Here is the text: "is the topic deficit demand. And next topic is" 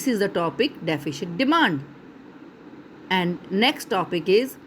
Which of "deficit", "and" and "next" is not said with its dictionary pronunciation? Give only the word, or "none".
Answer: deficit